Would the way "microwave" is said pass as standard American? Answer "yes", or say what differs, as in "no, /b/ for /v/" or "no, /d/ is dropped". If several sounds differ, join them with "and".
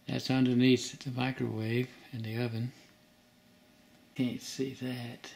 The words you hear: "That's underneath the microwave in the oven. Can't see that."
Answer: yes